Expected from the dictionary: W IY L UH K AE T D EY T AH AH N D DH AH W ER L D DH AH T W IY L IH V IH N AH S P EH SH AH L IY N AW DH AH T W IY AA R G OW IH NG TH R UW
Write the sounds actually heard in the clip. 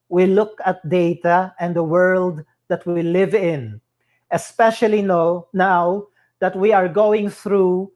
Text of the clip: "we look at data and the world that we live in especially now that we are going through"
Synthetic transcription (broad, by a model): W IY L UH K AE T D EY T AH AH N D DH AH W ER L D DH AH T W IY L IH V IH N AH S P EH SH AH L IY N AW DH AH T W IY AA R G OW IH NG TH R UW